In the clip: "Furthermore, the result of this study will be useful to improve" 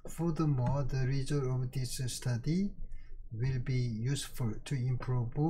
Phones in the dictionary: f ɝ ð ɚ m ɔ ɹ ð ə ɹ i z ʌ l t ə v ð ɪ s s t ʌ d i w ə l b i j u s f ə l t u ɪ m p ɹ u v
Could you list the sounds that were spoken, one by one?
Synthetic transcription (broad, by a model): f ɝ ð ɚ m ɔ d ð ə ɹ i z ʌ t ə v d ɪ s s t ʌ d i w ə l b i j u s f ə l t u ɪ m p ɹ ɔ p